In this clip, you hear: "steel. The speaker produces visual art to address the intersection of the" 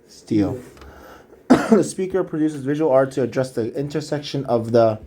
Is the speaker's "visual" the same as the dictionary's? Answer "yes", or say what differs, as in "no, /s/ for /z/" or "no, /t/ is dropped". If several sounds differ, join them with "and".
yes